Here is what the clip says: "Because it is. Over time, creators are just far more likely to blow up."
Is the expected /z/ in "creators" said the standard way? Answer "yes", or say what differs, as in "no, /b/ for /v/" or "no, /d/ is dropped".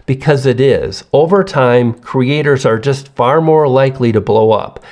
yes